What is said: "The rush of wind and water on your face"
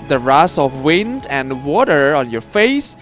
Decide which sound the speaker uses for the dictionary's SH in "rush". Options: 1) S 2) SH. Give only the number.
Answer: 1